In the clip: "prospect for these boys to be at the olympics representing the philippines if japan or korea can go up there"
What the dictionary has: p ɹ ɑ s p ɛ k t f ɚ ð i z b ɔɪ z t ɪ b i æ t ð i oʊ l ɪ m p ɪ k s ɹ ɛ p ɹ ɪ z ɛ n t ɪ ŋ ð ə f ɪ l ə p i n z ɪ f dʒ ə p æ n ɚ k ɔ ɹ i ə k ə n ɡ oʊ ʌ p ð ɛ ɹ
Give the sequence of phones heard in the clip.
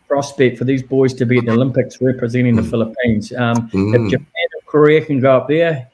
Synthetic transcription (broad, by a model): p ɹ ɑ s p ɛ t f ɚ ð i z b ɔɪ z t ɪ b i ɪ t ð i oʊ l ɪ m p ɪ k s ɹ ɛ p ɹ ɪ z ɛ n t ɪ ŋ ð ə f ɪ l ə p i n z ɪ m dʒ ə p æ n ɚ k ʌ ɹ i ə k ə n ɡ oʊ ʌ p ð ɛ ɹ